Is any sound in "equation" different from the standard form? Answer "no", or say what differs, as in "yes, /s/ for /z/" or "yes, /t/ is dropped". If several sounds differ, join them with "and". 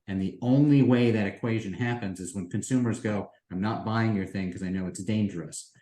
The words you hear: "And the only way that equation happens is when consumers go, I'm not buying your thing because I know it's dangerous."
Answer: no